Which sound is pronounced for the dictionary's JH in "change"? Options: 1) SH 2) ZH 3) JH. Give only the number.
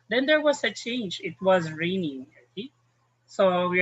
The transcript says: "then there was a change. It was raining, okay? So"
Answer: 3